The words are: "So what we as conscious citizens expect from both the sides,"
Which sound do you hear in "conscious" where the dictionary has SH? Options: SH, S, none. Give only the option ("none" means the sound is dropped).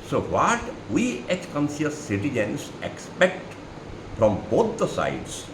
S